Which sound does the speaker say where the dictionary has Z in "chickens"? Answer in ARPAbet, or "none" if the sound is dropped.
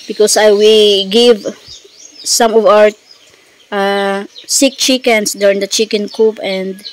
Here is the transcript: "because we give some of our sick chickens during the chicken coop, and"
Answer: S